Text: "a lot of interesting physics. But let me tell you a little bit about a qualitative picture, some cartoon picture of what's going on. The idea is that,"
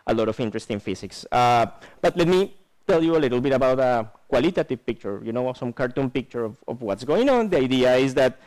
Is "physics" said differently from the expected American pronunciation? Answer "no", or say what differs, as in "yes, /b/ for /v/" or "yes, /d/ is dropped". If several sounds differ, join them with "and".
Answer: yes, /s/ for /z/